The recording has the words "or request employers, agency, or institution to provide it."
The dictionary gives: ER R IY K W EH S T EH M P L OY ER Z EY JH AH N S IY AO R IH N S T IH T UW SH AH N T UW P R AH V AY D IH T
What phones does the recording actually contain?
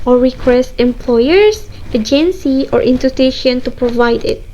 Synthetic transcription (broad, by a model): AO R IY K W EH S T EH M P L OY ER S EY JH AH N S IY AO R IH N T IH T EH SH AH N T UW P R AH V AY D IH T